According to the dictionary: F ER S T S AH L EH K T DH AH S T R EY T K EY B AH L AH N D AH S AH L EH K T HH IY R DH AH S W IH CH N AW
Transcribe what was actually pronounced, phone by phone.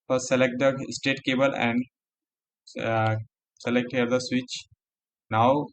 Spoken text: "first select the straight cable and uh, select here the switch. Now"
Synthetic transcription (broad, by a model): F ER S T S AH L EH K T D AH S T EY T K EY B AH L AH N D S AH L EH K T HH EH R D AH S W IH CH N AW